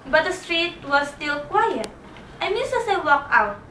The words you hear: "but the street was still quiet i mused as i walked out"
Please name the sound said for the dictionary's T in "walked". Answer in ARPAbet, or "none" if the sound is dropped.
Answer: none